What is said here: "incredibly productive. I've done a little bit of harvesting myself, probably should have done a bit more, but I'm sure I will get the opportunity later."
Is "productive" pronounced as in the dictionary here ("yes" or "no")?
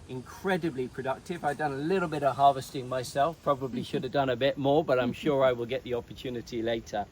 yes